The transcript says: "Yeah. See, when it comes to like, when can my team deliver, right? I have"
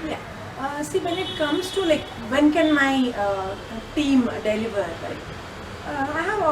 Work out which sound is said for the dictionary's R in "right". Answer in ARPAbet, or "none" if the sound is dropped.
L